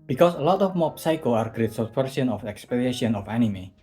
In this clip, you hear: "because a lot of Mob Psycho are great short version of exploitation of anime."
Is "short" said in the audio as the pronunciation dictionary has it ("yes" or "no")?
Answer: no